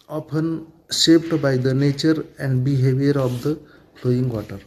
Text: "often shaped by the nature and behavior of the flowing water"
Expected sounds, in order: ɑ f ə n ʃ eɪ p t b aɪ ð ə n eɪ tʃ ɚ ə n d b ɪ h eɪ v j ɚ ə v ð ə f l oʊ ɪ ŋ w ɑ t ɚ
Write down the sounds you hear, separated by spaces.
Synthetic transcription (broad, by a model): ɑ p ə n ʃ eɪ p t b aɪ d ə n eɪ tʃ ɚ ə n d b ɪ h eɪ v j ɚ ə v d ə p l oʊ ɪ ŋ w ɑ t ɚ